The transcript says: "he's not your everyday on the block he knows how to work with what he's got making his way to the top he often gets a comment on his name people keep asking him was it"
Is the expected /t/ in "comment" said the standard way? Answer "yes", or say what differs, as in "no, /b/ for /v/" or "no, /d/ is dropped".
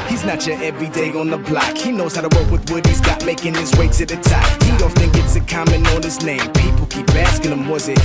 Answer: no, /t/ is dropped